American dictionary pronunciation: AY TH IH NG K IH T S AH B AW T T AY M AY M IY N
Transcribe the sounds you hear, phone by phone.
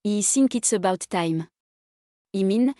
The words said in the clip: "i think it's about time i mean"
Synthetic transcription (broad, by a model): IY S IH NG K IH T S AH B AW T T AY M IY M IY N